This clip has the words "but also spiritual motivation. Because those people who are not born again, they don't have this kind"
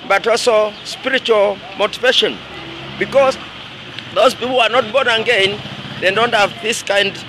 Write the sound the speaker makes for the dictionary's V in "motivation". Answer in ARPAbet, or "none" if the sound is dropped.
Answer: V